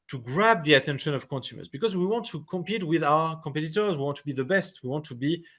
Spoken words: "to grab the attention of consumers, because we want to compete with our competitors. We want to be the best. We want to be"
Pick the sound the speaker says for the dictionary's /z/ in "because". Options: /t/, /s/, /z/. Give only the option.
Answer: /z/